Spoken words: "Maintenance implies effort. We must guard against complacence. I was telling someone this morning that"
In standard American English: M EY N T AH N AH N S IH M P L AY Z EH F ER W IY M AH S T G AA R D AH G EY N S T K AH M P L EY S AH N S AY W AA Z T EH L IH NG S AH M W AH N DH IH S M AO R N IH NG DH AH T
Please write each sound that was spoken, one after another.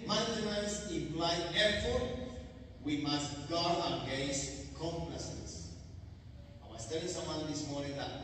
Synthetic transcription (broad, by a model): M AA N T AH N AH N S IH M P L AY EH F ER W IY M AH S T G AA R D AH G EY S K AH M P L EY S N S AY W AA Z T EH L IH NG S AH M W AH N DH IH S M AO R N IH NG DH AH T